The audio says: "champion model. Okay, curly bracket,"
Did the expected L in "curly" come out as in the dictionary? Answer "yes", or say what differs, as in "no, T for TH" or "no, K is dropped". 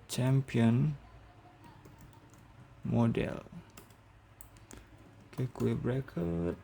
no, L is dropped